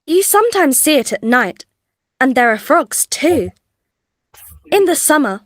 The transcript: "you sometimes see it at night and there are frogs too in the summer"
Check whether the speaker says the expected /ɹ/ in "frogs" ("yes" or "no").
yes